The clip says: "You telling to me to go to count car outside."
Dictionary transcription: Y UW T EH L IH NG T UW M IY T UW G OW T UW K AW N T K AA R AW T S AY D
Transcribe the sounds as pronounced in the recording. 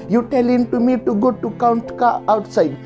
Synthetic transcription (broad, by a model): Y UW T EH L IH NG T UW M IY T UW G OW T UW K AW N T K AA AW T S AY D